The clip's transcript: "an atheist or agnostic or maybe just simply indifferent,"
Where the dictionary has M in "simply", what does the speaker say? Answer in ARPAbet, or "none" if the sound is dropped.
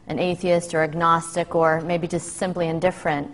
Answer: M